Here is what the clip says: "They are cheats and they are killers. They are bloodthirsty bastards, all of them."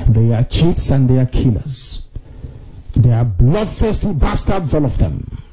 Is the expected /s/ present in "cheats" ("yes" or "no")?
yes